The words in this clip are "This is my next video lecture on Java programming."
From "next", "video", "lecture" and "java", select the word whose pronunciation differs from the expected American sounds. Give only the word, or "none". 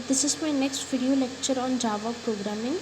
none